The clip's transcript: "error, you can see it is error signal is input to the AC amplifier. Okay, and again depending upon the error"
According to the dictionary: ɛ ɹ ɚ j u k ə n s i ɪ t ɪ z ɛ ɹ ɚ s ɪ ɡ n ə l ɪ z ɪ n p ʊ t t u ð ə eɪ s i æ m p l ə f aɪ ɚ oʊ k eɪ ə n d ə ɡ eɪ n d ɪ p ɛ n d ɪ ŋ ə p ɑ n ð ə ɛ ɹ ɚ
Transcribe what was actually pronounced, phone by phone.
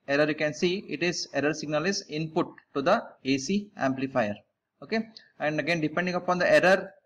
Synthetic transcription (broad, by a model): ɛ ɹ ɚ j u k ə n s i ɪ t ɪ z ɛ ɹ ɚ s ɪ ɡ n ə l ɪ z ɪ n p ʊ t t u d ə eɪ s i æ m p l ə f aɪ ɚ oʊ k eɪ ə n d ə ɡ eɪ n d ɪ p ɛ n d ɪ ŋ ə p ɑ n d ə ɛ ɹ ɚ